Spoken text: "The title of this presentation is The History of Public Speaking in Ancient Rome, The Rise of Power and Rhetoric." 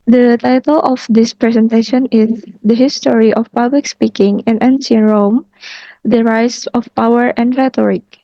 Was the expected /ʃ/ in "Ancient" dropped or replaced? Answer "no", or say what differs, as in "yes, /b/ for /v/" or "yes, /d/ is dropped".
yes, /s/ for /ʃ/